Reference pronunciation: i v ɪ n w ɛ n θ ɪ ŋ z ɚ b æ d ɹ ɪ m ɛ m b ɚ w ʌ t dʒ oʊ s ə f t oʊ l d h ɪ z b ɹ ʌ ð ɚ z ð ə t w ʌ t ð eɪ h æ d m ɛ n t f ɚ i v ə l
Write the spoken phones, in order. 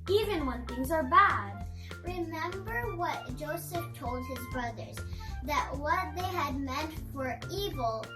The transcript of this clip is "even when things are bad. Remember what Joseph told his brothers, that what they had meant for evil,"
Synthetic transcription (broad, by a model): i v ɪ n w ɛ n θ ɪ ŋ z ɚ b æ d ɹ ɪ m ɛ m b ɚ w ʌ t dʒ oʊ s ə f t oʊ l d h ɪ z b ɹ ʌ ð ɚ z ð ə t w ʌ t ð eɪ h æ d m ɛ n t f ɚ i v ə l